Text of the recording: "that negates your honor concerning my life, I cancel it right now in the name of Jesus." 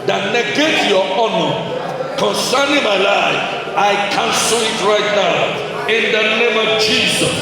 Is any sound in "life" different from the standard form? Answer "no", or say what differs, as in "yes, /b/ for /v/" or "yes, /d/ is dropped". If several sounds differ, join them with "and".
yes, /f/ is dropped